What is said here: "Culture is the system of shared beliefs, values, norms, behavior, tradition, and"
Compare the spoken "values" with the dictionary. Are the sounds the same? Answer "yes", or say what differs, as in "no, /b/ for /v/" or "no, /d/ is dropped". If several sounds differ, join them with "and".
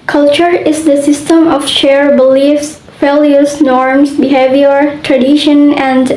no, /f/ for /v/